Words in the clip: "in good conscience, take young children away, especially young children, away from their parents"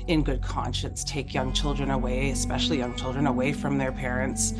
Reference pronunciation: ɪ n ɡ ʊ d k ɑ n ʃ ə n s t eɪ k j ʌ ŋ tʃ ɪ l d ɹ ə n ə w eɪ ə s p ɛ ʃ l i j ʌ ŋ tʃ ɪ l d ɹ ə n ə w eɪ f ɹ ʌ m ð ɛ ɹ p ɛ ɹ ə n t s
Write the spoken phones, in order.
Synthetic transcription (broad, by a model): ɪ n ɡ ʊ d k ɑ n ʃ ə n s t eɪ k j ʌ ŋ tʃ ɪ l d ɹ ə n ə w eɪ ə s p ɛ ʃ l i j ʌ ŋ tʃ ɪ l d ɹ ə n ə w eɪ f ɹ ʌ m ð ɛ ɹ p ɛ ɹ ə n t s